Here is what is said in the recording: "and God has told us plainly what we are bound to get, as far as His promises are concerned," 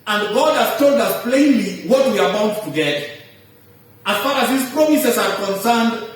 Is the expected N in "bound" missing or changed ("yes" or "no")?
yes